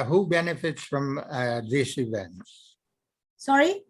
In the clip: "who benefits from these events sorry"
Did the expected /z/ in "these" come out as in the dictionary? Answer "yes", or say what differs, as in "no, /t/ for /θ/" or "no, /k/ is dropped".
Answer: no, /s/ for /z/